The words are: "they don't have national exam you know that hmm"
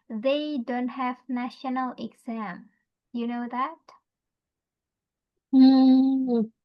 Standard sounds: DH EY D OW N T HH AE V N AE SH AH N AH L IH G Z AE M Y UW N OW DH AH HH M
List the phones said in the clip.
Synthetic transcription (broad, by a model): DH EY D OW N T HH AE V N AE SH AH N AH L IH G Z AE M Y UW N OW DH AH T